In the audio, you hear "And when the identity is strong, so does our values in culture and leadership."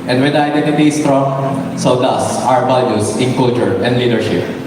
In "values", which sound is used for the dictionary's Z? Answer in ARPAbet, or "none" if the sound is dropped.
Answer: S